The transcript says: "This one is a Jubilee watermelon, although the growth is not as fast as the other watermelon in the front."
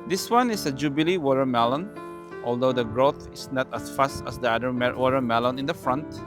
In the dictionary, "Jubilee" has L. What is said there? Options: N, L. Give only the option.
L